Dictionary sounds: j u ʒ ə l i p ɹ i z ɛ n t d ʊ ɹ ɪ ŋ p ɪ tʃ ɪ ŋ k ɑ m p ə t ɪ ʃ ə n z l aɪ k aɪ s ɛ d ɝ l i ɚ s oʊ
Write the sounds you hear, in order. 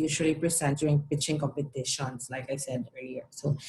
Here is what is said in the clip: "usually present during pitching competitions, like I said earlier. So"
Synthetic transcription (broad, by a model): j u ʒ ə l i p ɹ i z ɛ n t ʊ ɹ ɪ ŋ p ɪ tʃ ɪ ŋ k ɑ p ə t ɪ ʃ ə n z l aɪ k aɪ s ɛ d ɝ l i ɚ s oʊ